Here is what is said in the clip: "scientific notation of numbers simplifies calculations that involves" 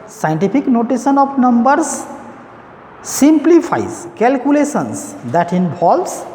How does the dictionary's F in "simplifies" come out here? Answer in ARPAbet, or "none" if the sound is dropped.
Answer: P